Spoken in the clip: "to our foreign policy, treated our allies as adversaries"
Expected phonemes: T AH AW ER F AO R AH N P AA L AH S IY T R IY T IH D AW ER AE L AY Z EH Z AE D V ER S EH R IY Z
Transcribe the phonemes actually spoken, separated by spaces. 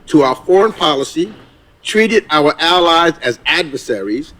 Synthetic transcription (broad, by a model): T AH AW ER F AO R AH N P AA L AH S IY T R IY T IH D AW ER AE L AY Z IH Z AE D V ER S EH R IY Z